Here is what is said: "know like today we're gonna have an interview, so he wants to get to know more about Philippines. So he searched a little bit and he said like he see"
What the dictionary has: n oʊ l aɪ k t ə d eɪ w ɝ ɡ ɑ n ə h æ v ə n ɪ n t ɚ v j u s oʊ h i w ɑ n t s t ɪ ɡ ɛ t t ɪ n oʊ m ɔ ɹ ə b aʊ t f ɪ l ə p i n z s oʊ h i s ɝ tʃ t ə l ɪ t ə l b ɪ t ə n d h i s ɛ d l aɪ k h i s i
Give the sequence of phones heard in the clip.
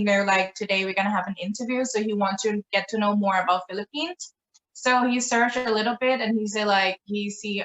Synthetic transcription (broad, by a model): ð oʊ l aɪ k t ə d eɪ w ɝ ɡ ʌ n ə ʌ v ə n ɪ n t ɚ v j u s oʊ h i w ɑ n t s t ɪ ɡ ɛ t t ɪ n oʊ m ɔ ɹ ə b aʊ t f ɪ l ə p i n z s oʊ h i s ɝ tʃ ə l ɪ t l b ɪ t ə n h i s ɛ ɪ l aɪ k h i s i